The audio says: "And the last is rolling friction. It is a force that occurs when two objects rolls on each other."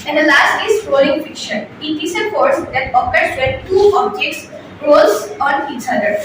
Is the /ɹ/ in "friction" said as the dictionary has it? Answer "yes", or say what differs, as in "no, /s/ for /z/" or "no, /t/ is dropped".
no, /ɹ/ is dropped